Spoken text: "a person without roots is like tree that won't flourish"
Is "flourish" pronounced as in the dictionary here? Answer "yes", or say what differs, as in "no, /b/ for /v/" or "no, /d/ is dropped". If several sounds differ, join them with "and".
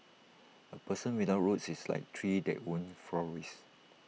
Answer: no, /s/ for /ʃ/